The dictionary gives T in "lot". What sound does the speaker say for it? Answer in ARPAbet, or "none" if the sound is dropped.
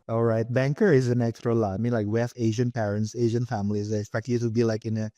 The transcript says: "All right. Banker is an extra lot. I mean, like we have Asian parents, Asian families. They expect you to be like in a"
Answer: none